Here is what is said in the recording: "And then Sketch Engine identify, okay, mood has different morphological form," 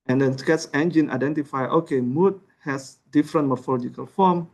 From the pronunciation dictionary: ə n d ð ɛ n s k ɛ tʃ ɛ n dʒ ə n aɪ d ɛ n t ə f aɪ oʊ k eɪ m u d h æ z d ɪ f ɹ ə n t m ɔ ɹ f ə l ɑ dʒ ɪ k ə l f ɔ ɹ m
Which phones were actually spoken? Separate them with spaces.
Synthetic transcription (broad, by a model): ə n d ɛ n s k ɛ s ɛ n dʒ ə n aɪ d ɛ n t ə f aɪ oʊ k eɪ m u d h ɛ s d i f ɹ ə n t m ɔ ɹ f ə l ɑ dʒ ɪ k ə l f ɔ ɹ m